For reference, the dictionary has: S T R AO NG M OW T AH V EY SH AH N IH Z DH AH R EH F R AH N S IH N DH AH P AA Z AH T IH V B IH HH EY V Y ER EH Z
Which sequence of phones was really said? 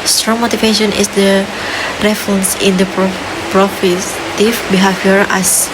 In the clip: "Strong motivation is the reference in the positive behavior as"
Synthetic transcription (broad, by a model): S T R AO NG M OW T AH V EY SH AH N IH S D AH R EH F R AH N S IH N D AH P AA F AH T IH F B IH HH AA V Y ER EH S